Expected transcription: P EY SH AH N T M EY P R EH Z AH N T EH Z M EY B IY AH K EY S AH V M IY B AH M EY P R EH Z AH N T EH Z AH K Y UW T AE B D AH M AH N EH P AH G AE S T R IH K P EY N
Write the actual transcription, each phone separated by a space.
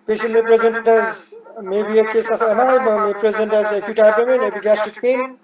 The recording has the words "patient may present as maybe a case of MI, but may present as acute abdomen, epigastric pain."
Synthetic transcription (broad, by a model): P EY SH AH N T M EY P R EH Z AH N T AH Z M EY B IY AH K EY S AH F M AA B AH M EY P R EH Z AH N T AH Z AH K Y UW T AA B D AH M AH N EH B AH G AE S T IH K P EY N